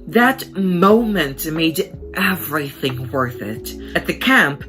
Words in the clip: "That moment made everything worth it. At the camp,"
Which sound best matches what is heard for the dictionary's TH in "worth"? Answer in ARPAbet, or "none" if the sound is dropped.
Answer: TH